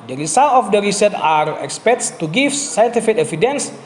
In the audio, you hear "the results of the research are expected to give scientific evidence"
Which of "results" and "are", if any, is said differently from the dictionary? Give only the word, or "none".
results